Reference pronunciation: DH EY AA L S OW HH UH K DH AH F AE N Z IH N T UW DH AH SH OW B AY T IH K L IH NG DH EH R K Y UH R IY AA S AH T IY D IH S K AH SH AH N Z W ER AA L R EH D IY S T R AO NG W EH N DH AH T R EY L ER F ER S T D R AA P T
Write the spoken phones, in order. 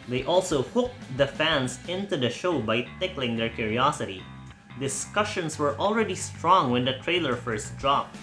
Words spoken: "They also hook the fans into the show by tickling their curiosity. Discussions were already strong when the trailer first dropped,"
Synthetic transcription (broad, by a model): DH EY AA L S OW HH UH K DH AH F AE N S IH N T UW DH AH SH OW B AY T IH K L IH NG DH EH R K Y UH R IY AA S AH T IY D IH S K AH SH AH N S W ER AA L R EH D IY S T R AO NG W EH N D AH T R EY L ER F ER S T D R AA P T